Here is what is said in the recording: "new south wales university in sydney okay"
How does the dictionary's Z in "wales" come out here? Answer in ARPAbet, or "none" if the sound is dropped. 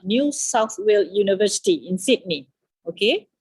none